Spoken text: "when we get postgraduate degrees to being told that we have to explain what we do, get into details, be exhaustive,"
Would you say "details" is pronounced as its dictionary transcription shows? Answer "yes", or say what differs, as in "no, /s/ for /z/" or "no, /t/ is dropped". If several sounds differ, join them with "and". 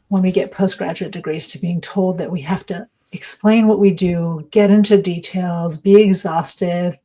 yes